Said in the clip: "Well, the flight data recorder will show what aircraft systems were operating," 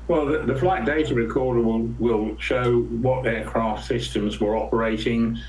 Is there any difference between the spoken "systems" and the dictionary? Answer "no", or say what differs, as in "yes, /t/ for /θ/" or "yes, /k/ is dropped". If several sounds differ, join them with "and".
no